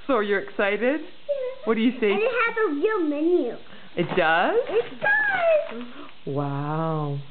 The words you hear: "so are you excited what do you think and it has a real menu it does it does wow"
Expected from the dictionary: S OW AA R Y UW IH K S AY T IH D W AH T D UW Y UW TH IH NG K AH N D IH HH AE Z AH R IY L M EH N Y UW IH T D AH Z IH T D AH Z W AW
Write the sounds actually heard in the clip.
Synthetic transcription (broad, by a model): S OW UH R Y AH IH K S AY T IH D W AH T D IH Y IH S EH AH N IH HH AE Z AH R IY L M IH N Y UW IH T D AH Z IH T D AH Z W AW